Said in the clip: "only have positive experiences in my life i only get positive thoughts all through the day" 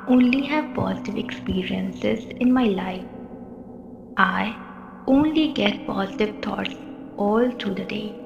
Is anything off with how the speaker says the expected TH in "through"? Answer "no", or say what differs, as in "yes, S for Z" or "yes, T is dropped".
yes, T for TH